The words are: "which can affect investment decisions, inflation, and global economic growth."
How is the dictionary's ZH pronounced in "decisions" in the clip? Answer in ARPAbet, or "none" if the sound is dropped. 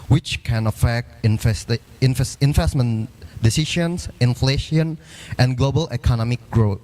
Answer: SH